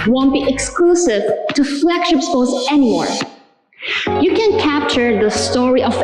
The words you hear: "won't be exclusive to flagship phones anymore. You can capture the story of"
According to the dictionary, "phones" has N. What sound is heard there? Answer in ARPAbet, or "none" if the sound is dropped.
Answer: none